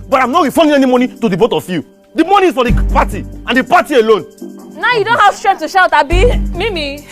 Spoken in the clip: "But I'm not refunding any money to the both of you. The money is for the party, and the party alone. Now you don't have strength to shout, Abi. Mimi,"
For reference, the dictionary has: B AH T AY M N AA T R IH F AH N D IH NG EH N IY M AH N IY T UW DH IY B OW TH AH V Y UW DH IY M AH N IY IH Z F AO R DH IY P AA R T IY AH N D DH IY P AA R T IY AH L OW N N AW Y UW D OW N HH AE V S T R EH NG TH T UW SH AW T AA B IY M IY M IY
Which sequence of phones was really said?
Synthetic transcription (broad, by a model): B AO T AY M N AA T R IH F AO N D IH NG EH N IY M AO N IY T UW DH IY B OW T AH F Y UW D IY M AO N IY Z F AO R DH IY P AA T IY AH N D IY P AA T IY AH L OW N N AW Y UW D OW N HH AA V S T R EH T UW SH AW T AA B IY M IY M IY